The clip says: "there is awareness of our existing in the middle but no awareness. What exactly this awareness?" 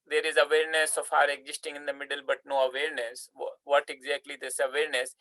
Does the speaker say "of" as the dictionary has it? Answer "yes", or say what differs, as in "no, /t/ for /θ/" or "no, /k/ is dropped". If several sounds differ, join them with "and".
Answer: no, /f/ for /v/